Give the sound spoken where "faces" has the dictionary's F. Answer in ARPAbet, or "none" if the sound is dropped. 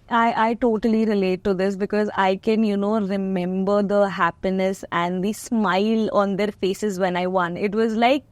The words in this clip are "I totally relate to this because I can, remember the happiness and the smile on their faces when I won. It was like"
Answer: F